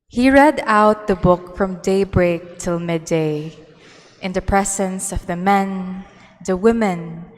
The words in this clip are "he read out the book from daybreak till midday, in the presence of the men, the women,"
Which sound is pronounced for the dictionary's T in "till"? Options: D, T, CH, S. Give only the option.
T